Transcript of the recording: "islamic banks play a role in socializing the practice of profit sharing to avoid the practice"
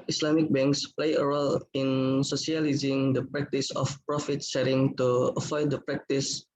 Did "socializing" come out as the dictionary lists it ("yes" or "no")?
no